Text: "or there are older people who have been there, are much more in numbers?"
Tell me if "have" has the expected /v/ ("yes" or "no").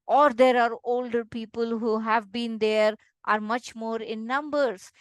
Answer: yes